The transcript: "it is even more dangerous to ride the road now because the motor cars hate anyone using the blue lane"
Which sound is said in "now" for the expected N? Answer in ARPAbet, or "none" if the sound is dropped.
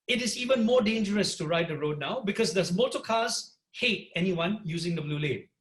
N